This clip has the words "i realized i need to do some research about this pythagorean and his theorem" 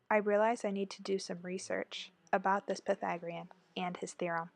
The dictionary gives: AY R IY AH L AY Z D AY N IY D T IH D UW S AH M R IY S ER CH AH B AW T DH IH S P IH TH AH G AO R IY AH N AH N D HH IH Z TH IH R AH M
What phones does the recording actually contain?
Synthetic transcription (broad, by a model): AY R IY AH L AY Z AY N IY D T IH D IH S AH M R IY S ER CH AH B AW T DH IH S P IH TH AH G R IY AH N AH N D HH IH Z TH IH R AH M